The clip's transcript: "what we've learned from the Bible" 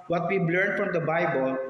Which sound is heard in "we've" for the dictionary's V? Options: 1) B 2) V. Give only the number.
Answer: 1